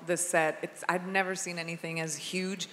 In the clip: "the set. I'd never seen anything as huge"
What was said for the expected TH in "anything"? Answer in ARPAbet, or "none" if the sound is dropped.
TH